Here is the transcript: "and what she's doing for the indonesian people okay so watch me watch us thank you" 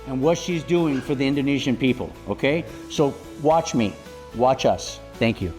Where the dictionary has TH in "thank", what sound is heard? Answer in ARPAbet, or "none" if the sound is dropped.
TH